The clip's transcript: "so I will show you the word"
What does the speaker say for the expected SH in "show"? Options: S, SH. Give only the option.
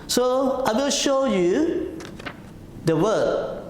SH